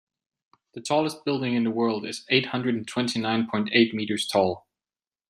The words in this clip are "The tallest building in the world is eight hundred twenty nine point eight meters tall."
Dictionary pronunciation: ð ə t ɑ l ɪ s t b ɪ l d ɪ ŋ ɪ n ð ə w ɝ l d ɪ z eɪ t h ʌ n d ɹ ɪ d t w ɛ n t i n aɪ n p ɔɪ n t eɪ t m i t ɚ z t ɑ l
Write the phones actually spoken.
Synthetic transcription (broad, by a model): ð ə t ɑ l ɪ s t b ɪ l d ɪ ŋ ɪ n ð ə w ɝ l d ɪ z eɪ t h ʌ n d ɹ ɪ d t w ɛ n t i n aɪ n p ɔɪ n t eɪ t m i t ɚ z t ɑ l